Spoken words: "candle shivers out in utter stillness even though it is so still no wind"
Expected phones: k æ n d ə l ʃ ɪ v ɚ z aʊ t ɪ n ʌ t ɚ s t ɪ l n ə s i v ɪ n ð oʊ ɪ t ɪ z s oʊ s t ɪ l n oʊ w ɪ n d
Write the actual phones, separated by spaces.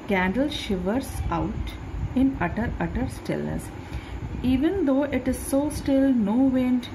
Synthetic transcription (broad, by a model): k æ n d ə l ʃ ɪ v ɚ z aʊ t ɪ n ʌ t ɚ s t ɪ l ə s i v ɪ n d oʊ ɪ t ɪ z s oʊ s t ɪ l n oʊ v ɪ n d